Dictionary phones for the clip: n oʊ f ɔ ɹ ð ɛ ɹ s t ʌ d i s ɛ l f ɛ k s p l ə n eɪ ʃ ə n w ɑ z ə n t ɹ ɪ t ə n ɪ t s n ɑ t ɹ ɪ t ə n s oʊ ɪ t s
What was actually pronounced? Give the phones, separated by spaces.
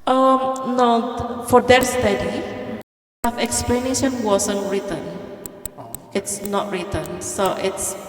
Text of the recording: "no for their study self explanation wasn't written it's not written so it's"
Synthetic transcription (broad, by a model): n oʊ f ɔ ɹ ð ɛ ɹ s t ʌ d i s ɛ f ɛ k s p l ə n eɪ ʃ ə n w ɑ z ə n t ɹ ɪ t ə n ɪ t s n ɑ t ɹ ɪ t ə n s oʊ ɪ t s